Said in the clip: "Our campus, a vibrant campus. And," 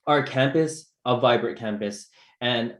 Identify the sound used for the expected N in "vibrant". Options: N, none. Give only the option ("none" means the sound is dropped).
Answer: none